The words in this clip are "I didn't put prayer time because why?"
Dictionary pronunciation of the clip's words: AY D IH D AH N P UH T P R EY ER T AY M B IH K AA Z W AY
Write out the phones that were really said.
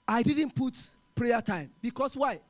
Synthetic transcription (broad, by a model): AY D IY D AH N P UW T P R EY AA T AY M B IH K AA S W AY